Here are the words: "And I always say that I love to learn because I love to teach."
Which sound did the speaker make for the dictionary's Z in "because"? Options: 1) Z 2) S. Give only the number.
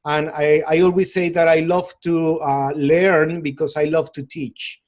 2